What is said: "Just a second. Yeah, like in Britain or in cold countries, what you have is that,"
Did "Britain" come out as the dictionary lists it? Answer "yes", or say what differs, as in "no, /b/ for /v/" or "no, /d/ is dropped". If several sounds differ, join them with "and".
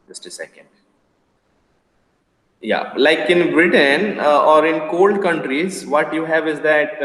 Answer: yes